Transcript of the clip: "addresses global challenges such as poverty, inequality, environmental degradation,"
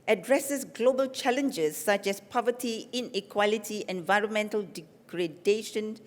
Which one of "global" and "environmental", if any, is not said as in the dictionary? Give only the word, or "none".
none